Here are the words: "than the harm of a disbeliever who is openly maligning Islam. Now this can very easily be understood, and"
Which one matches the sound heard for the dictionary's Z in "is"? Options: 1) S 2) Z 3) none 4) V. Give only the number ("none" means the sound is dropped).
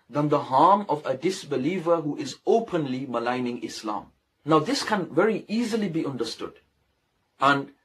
2